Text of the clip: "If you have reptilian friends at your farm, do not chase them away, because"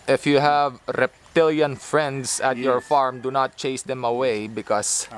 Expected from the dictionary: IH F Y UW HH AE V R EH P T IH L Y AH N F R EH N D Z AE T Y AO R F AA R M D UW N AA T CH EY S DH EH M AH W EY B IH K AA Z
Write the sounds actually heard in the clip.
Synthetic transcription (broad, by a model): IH F Y UW HH AE V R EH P T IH L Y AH N F R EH N D S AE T Y AO R F AA R M D UW N AA T CH EY S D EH M AH W EY B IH K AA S